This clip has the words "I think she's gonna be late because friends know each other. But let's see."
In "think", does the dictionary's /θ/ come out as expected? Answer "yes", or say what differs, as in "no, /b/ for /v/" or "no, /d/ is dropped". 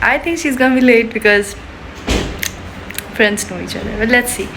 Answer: no, /t/ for /θ/